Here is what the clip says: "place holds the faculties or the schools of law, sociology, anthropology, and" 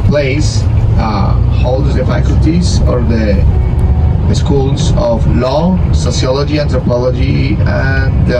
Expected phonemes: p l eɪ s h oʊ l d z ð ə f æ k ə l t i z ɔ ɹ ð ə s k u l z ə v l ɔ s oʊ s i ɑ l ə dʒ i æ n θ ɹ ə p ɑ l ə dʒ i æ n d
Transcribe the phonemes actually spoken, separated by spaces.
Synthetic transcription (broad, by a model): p l eɪ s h oʊ l d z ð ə f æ k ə l t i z ɔ ɹ ð ə s k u l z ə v l ɔ s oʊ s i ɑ l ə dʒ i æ n t ɹ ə p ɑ l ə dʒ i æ n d